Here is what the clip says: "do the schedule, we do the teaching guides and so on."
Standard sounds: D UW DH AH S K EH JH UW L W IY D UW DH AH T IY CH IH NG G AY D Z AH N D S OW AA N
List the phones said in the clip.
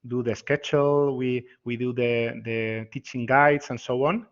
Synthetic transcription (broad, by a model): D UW DH AH S K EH CH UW L W IY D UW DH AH T IY CH IH NG G AY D S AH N S OW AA N